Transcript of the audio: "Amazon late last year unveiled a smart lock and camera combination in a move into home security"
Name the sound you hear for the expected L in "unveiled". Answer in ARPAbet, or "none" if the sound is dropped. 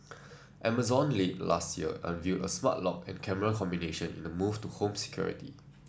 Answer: none